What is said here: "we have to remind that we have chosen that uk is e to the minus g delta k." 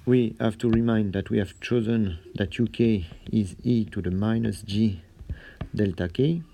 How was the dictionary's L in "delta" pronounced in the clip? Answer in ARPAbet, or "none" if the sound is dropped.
L